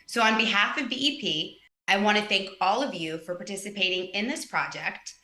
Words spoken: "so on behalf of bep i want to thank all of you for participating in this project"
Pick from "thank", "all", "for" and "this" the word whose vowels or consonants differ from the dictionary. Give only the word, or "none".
none